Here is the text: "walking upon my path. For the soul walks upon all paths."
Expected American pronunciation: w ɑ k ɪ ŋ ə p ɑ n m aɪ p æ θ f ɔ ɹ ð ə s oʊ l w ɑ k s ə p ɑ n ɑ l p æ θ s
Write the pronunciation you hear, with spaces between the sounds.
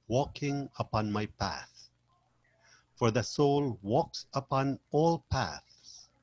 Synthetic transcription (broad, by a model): w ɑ k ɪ ŋ ə p ɑ n m aɪ p æ θ f ɔ ɹ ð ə s oʊ l w ɑ k s ə p ɑ n ɑ l p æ θ s